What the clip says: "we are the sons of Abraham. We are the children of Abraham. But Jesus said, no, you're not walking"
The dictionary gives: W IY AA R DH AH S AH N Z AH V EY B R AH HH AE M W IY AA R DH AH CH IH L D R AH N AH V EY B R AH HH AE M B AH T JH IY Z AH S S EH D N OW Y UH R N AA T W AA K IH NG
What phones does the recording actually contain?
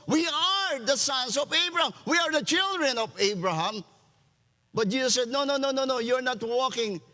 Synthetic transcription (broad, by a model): W IY AA R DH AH S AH N S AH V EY B R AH HH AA M W IY AA R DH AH CH IH L D R AH N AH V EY B R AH HH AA M B AH T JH IY S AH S S EH D N OW Y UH R N AA T W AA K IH NG